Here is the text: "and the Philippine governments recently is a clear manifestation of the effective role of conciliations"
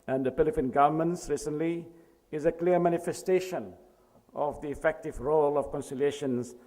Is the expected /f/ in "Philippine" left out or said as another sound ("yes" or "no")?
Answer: yes